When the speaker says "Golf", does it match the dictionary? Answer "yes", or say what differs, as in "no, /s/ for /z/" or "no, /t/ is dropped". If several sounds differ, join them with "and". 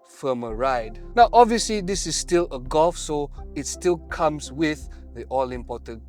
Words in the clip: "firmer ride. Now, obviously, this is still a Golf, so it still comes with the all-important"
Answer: yes